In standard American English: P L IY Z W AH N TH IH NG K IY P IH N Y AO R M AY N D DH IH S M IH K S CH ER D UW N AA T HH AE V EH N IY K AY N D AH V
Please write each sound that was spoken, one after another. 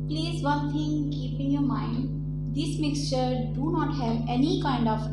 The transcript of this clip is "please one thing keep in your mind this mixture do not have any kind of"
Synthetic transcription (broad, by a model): P L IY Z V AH N T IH NG K IY P IH N Y AO R M AY N D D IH S M IH K S CH ER D UW N AA T HH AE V EH N IY K AY N D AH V